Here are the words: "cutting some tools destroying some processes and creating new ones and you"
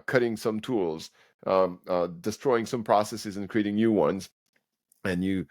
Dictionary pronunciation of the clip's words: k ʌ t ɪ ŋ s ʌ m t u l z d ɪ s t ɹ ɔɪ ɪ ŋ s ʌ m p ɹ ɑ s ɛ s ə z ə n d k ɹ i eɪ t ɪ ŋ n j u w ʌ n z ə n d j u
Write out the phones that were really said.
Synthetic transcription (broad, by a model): k ʌ t ɪ ŋ s ʌ m t u l z d ɪ s t ɹ ɔɪ ɪ ŋ s ʌ m p ɹ ɑ s ɛ s ə z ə n k ɹ i eɪ t ɪ ŋ n j u w ʌ n z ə n j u